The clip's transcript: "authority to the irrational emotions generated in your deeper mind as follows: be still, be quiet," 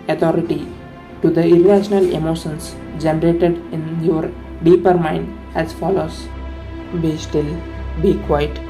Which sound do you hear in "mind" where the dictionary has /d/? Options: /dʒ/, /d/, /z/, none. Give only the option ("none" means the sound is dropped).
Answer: /d/